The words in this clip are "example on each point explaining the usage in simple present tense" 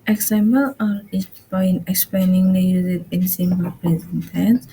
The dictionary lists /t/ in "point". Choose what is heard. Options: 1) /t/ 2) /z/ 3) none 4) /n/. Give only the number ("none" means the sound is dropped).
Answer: 3